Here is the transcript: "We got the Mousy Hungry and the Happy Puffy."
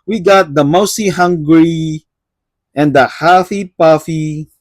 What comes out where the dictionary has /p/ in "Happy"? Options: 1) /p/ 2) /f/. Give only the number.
2